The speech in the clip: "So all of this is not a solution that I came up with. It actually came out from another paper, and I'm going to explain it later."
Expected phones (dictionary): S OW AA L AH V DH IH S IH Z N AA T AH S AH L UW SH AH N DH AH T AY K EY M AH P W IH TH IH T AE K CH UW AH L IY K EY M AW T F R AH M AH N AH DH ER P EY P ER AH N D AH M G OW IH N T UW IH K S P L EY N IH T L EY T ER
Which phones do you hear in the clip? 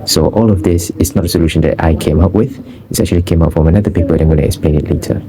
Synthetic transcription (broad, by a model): S OW AA L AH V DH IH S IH S N AA T AH S AH L UW SH AH N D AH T AY K EY M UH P W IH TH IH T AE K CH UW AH L IY K EY M AW T F R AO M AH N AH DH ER P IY P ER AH L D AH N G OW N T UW IH K S P L EY N IH T L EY T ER